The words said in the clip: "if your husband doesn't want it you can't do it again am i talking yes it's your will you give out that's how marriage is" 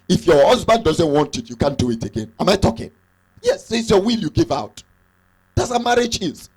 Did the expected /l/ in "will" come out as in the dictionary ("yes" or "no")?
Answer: yes